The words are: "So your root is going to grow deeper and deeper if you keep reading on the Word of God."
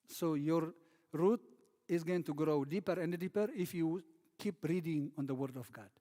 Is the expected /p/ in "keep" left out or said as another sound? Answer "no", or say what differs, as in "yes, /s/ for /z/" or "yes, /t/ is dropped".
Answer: no